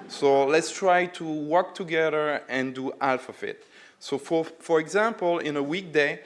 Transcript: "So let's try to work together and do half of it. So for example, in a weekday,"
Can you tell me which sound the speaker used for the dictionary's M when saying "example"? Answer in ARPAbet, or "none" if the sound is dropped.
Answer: M